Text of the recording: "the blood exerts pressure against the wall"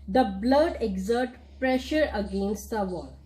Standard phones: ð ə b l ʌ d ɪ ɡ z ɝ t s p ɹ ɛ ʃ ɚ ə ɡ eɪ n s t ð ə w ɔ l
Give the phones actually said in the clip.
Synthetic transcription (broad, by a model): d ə b l ʌ d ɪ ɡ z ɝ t p ɹ ɛ ʃ ɚ ə ɡ eɪ n s t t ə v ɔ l